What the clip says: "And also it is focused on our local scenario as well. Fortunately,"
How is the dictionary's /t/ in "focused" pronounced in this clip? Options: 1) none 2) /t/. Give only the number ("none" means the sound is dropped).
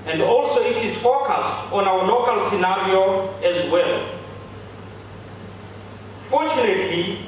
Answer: 2